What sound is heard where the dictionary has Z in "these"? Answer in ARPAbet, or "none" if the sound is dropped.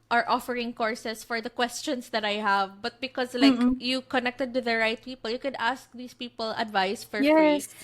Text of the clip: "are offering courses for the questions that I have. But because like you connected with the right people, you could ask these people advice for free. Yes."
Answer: S